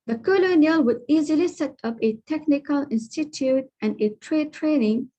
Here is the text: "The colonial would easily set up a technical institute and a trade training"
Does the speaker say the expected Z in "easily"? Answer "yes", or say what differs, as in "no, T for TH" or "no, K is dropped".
yes